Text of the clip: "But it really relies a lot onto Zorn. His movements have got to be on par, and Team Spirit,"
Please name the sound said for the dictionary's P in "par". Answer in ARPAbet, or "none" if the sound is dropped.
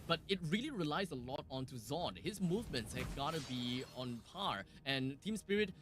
P